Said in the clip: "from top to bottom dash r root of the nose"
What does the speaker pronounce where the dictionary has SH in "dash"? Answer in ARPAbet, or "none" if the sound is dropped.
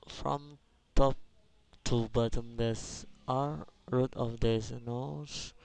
S